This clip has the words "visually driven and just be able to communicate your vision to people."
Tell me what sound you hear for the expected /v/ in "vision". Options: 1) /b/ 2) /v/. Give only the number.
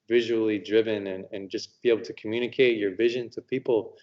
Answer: 2